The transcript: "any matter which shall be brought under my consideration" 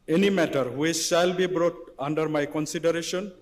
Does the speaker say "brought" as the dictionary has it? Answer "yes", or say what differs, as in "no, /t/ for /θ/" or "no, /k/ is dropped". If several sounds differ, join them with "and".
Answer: yes